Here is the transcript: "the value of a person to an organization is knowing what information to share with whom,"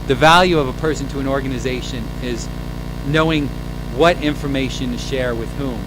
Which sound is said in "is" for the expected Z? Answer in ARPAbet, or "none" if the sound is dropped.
Z